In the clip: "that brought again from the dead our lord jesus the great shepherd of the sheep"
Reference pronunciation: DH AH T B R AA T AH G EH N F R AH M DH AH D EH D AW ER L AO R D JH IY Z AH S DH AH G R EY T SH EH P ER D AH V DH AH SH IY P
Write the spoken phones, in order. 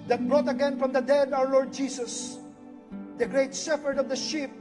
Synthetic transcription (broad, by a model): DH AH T B R AA T AH G EH N F R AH M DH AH D EH D AW ER L AO R D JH IY S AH S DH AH G R EY T S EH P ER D AH V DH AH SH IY P